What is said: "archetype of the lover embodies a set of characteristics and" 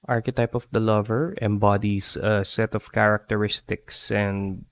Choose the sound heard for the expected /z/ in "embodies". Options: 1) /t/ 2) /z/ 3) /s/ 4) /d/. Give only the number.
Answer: 3